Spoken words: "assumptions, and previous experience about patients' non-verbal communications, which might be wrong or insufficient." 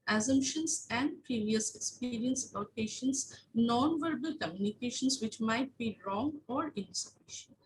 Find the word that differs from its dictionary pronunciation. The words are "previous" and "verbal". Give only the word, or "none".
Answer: none